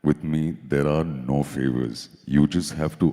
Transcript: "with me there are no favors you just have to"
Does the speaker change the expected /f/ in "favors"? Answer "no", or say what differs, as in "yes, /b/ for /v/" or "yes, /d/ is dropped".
no